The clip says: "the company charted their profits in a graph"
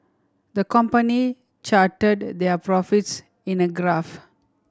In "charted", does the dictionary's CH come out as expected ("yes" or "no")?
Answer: yes